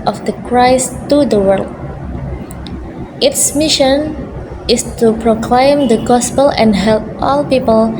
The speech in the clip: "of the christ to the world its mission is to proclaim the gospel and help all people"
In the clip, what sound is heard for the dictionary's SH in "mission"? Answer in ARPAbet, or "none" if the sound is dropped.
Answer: SH